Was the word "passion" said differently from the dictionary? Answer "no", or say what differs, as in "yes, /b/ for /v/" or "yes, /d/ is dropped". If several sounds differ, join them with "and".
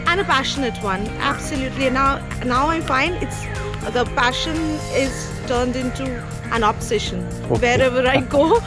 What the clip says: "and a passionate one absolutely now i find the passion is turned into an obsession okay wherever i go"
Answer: no